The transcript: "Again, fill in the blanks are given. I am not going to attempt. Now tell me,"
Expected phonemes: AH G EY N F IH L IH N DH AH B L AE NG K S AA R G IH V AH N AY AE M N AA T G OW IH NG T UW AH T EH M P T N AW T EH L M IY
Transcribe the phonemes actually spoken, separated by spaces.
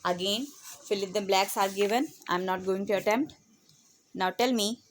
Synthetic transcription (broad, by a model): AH G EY N F IH L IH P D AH B L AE K S AA R G IH V AH N AY M N AA T G OW IH NG T UW AH T EH M P T N AW T EH L M IY